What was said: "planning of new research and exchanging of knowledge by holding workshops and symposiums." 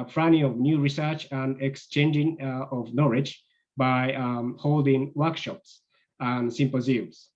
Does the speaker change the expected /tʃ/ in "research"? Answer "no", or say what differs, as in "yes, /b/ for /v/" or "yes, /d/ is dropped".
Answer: no